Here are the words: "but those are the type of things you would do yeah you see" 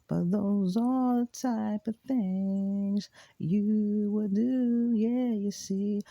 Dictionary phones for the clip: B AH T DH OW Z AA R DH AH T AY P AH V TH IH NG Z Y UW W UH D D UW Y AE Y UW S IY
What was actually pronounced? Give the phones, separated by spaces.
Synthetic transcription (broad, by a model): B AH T DH OW Z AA L DH AH T AY P AH V TH IH NG Z Y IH W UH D D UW Y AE Y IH S IY